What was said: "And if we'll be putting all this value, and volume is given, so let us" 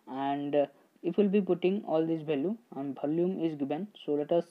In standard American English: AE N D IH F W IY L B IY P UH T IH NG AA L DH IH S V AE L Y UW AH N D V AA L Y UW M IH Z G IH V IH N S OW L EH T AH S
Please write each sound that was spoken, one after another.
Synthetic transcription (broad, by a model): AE N D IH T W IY L B IY P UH T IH NG AA L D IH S B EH L Y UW AH N D B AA L Y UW M IH Z G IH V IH N S OW L EH T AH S